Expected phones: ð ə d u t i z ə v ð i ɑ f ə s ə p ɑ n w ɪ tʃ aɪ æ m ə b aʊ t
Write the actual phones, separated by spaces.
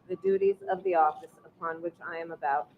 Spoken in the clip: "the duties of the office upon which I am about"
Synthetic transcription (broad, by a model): ð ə d u t i z ə v ð i ɑ f ə s ə p ɑ n w ɪ tʃ aɪ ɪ m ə b aʊ t